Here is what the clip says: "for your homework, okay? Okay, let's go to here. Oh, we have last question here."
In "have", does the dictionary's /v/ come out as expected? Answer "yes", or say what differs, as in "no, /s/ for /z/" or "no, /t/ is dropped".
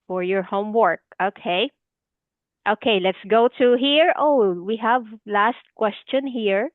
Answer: yes